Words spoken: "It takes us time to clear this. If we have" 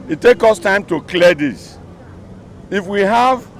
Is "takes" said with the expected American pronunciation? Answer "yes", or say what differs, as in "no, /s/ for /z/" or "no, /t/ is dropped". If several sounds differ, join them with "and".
no, /s/ is dropped